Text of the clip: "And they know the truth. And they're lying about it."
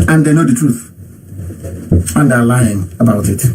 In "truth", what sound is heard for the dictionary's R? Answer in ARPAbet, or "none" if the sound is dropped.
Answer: R